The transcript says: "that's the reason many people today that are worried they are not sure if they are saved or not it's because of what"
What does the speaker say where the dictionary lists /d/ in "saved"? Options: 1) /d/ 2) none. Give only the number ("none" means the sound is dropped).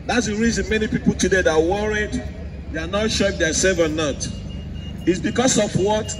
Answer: 2